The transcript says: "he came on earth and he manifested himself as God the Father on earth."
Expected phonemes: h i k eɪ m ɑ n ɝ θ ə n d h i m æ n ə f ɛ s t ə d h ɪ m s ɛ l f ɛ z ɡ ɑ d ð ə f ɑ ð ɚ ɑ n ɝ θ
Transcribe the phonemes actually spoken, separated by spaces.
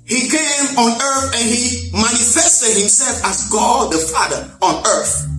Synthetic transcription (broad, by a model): h i k eɪ m ɑ n ɝ θ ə n h i m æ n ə f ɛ s t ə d h ɪ m s ɛ l f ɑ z ɡ ɑ d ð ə f ɑ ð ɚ ɑ n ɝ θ